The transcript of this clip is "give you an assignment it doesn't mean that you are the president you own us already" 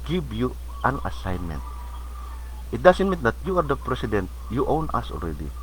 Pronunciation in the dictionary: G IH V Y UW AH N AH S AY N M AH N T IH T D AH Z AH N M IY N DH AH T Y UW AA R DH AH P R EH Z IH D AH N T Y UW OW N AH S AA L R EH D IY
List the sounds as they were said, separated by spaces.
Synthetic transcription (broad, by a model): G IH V Y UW AH N AH S AY N M AH N T IH T D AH S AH N M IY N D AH T Y UW AA R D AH P R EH S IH D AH N T Y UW OW N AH S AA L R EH D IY